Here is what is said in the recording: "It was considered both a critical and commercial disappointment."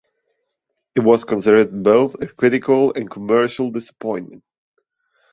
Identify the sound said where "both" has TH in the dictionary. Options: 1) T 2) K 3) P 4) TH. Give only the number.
4